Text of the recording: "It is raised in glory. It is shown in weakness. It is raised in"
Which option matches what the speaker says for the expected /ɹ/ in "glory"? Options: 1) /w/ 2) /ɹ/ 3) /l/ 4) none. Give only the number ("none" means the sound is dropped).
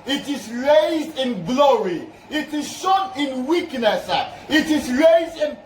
2